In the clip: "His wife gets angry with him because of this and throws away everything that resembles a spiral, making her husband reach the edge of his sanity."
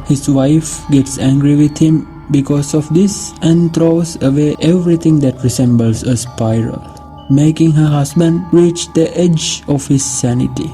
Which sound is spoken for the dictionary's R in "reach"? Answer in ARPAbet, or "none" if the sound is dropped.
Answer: R